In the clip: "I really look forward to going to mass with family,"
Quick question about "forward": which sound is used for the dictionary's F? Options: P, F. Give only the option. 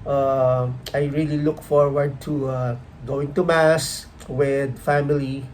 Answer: F